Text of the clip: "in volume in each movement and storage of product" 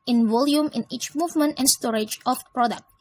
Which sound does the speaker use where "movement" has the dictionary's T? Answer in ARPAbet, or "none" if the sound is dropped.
T